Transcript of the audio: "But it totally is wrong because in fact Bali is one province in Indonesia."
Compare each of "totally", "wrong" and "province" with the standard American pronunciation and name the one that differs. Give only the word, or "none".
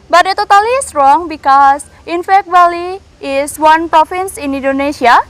province